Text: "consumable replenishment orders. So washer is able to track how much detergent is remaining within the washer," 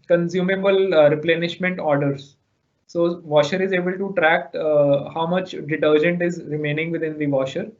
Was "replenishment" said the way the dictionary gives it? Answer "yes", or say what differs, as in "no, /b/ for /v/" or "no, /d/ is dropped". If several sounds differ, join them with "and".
yes